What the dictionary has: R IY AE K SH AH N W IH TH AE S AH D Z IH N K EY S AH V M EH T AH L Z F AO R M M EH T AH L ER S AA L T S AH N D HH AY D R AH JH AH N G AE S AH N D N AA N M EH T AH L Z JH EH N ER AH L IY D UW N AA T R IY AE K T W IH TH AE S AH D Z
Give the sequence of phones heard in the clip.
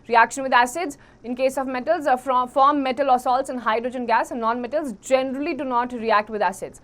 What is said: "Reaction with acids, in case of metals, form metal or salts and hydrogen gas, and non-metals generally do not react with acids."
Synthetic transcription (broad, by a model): R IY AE K SH AH N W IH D AE S AH D Z IH N K EY S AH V M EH T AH L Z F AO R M M EH T AH L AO S AA L T S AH N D HH AY D R AH JH AH N G AE S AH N N AA N M EH T AH L Z JH EH N ER AH L IY D UW N AA T R IY AE K T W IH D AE S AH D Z